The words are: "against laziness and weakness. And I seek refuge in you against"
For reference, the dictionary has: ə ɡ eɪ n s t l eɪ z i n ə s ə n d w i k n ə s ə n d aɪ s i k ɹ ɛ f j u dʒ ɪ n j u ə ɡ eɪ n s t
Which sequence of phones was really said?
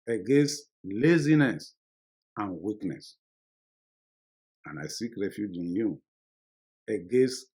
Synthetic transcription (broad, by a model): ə ɡ eɪ n s t l eɪ z i n ə s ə n w i k n ə s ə n aɪ s i k ɹ ɛ f j u dʒ ɪ n j u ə ɡ eɪ n s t